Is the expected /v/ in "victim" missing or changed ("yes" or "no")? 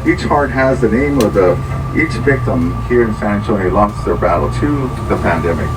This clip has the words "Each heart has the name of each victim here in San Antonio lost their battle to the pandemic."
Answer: no